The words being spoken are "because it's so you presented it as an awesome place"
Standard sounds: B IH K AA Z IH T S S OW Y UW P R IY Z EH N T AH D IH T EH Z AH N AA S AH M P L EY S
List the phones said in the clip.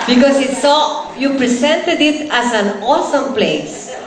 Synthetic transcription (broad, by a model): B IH K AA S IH T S S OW Y UW P R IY S EH N T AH D IH T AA S AH N AA S AH M P L EY S